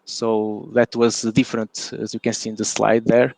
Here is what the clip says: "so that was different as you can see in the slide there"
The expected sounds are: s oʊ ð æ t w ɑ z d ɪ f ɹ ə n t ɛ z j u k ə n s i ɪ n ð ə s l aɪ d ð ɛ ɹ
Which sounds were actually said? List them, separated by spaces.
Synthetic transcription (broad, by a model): s oʊ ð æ t w ɑ z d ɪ f ɹ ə n t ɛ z j u k ə n s i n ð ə s l aɪ d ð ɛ ɹ